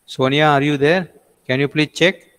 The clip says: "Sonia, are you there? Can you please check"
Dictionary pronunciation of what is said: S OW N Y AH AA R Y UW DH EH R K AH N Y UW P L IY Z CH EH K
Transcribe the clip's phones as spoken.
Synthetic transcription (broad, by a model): S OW N Y AA R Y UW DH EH R K AH N Y UW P L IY CH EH K